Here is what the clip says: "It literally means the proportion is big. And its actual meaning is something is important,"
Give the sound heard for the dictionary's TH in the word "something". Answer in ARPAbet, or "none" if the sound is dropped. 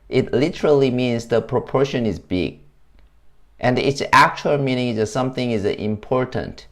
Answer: TH